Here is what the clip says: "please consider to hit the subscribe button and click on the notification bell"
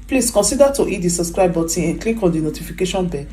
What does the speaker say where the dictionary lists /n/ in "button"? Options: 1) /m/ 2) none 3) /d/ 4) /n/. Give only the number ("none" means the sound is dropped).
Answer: 2